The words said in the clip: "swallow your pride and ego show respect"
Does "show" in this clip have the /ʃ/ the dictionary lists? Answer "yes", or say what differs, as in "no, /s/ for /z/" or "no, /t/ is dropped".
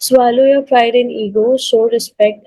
no, /s/ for /ʃ/